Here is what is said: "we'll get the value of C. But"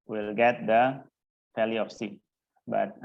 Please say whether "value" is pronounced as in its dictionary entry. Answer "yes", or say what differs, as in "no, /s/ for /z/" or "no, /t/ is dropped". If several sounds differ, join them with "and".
no, /f/ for /v/